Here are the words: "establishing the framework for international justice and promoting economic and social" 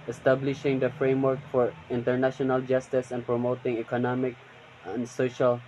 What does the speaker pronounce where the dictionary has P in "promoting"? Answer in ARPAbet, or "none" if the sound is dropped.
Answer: P